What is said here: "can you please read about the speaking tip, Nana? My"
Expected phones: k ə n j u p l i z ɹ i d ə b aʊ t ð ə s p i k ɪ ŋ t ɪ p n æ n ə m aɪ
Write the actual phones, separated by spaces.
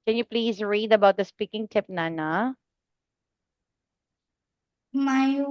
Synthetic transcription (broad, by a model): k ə n j u p l i z ɹ i d ə b aʊ t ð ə s p i k ɪ ŋ t ɪ p n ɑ n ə m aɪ